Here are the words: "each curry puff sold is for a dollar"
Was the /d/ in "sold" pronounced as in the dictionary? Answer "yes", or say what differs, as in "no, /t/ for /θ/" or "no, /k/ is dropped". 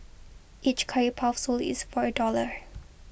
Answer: no, /d/ is dropped